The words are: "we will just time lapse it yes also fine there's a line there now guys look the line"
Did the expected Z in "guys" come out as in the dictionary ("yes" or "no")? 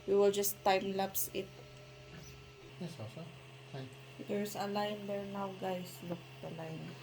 no